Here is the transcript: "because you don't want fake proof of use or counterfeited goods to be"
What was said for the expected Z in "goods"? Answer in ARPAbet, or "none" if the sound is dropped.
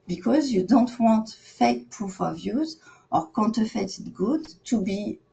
none